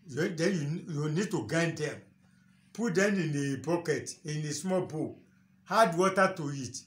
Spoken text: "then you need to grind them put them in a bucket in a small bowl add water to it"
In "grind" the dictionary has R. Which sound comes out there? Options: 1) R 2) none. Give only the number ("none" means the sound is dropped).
2